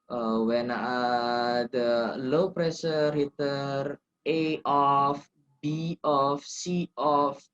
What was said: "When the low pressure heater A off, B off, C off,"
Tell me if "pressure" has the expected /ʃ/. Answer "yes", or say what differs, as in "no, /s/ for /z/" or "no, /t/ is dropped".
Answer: no, /s/ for /ʃ/